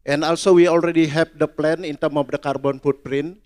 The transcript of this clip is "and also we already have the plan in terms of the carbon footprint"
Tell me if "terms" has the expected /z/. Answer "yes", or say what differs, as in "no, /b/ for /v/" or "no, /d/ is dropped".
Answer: no, /z/ is dropped